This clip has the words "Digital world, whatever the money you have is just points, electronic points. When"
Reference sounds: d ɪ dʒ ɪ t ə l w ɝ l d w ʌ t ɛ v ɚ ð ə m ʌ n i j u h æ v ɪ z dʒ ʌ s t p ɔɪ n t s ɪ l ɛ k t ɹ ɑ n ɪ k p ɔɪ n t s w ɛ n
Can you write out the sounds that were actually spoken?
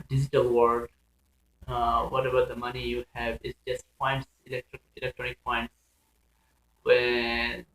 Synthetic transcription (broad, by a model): d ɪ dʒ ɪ t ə l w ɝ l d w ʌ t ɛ b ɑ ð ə m ʌ n i j u h æ v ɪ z dʒ ʌ s t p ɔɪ n t s ɪ l ɛ k t ɹ ɑ n ɪ k p ɔɪ n t s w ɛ